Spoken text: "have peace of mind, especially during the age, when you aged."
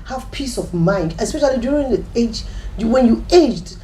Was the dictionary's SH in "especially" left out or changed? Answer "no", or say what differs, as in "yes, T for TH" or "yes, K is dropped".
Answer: no